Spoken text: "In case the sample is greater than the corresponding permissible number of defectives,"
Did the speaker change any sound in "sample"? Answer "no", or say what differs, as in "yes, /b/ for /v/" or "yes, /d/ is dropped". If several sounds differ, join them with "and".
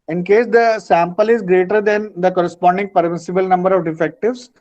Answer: no